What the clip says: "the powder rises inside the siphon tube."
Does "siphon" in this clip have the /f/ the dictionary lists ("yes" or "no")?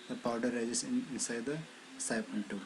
no